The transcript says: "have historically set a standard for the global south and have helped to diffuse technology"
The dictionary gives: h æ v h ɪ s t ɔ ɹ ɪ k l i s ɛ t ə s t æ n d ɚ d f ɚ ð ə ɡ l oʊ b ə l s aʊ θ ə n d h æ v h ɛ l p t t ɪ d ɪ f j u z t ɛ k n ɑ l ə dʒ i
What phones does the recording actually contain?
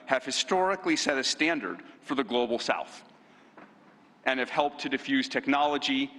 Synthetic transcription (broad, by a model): h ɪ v h ɪ s t ɔ ɹ ɪ k l i s ɛ t ə s t æ n d ɚ d f ɚ ð ə ɡ l oʊ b l s aʊ θ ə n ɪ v h ɛ l p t t ɪ d ɪ f j u z t ɛ k n ɑ l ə dʒ i